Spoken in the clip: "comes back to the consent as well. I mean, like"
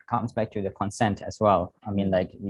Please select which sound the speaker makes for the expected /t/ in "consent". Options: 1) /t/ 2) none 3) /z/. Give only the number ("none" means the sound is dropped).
1